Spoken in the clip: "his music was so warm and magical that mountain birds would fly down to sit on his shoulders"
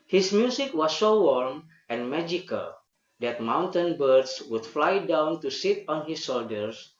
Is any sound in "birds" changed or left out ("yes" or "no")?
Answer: yes